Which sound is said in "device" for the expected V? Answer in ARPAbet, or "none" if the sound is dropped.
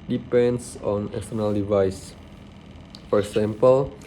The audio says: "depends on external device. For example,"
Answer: V